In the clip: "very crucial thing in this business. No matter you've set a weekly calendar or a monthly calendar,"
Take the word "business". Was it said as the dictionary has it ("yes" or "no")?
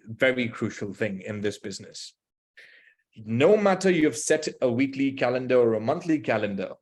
yes